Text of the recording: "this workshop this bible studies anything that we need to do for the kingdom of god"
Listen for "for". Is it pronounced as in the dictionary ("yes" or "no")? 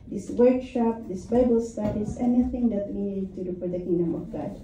no